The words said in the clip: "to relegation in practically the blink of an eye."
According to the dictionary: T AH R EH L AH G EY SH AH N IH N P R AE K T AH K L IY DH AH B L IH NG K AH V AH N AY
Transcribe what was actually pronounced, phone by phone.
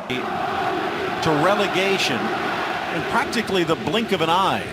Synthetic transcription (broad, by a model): T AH R EH L AH G EY SH AH N IH N P R AE K T AH K L IY DH AH B L IH NG K AH V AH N AY